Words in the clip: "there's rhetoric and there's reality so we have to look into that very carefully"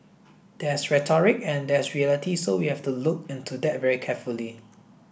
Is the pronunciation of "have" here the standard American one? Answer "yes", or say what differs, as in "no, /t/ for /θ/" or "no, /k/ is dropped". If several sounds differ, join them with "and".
no, /f/ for /v/